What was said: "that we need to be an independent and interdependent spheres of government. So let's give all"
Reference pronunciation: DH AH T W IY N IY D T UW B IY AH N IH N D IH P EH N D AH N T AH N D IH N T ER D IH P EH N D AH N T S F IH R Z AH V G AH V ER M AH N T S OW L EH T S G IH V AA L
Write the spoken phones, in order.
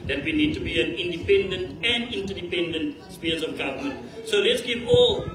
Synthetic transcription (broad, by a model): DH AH T W IY N IY D T UW B IY AH N IH N D IH P EH N D AH N T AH N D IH N T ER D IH P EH N D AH N T S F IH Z AH V G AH V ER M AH N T S OW L EH T S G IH V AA L